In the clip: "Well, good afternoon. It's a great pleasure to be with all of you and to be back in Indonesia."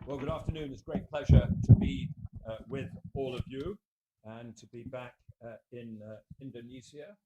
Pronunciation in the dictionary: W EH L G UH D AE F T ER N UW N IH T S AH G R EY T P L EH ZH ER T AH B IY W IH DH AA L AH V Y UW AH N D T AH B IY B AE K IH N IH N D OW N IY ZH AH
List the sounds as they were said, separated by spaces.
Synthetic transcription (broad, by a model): W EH L G UH D AE F T ER N UW N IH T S G R EY T P L EH ZH ER T AH B IY W IH DH AA L AH V Y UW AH N T AH B IY B AE K IH N IH N D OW N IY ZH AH